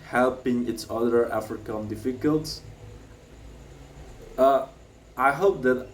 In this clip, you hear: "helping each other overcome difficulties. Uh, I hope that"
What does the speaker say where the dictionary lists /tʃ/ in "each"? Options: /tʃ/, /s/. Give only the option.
/s/